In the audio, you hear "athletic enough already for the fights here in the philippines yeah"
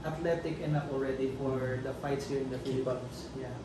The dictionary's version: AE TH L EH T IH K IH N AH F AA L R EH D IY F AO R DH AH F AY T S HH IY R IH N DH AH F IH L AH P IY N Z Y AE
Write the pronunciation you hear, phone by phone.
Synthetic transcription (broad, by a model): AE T L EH T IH K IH N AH P AA L R EH D IY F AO R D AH F AY T S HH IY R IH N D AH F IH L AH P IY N S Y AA